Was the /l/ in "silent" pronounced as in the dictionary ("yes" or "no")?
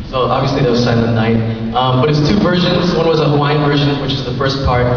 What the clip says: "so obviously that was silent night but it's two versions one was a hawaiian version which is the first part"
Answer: no